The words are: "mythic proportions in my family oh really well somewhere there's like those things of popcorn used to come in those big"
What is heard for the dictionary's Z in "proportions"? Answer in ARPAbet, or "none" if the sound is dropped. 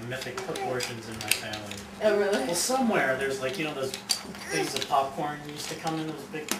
Z